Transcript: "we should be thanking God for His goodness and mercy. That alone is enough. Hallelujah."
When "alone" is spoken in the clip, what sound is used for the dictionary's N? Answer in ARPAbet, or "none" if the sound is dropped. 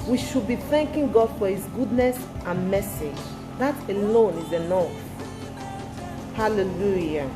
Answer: N